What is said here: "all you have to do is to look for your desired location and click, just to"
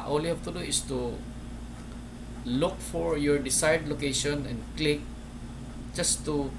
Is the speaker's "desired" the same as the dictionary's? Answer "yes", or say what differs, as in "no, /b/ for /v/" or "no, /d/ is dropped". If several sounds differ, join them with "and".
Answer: no, /s/ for /z/